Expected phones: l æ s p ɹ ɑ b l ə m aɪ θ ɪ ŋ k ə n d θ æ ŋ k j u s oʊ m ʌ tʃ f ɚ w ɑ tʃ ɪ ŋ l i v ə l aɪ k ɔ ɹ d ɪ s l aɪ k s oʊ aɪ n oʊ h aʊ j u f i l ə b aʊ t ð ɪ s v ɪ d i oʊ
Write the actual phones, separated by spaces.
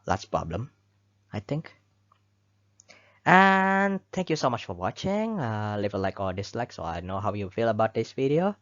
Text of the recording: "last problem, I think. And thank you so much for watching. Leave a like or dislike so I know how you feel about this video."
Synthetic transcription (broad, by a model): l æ s p ɹ ɑ b l ə m aɪ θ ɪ ŋ k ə n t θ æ ŋ k j u s oʊ m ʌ tʃ f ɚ w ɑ tʃ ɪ ŋ l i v ə l aɪ k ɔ l d ɪ s l aɪ k s oʊ aɪ n oʊ h aʊ j u f i l ə b aʊ t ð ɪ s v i d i oʊ